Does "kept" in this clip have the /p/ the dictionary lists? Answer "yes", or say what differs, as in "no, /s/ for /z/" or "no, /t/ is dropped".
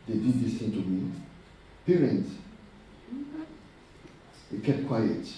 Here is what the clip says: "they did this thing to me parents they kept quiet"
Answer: no, /p/ is dropped